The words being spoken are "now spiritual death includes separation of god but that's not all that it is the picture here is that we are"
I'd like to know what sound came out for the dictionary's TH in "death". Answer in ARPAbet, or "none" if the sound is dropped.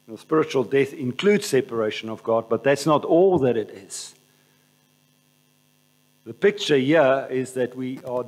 TH